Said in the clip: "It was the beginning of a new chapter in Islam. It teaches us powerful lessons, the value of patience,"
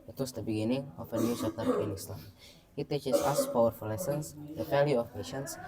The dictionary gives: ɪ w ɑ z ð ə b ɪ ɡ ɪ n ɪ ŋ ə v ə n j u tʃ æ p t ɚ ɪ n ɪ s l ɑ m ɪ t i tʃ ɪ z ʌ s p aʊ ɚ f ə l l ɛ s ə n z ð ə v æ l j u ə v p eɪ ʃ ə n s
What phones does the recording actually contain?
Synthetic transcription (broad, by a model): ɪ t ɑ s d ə b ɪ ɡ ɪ n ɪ ŋ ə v ə n j u s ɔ t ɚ ɪ n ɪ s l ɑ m ɪ t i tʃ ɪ s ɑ s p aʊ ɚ f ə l l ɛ s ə n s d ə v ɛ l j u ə f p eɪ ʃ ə n s